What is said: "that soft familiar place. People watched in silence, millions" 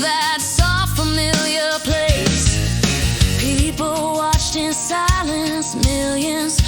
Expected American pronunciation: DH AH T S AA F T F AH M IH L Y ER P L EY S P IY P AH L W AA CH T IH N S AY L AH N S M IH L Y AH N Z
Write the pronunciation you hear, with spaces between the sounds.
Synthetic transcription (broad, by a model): DH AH T S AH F F AH M IH L Y ER P L EY S P IY P L W AA CH T IH N S AY L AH N S M IH L Y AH N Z